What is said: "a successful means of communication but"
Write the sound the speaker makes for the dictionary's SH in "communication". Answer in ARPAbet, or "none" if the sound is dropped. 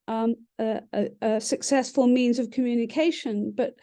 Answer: SH